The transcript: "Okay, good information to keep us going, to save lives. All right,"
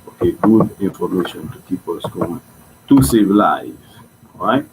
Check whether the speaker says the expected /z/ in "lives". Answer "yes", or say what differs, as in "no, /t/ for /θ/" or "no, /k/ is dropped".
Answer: no, /z/ is dropped